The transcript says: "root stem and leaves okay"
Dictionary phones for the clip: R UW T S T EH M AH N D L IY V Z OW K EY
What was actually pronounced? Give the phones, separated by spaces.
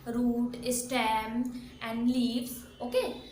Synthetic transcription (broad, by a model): R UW T S T EH M AH N D L IY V OW K EY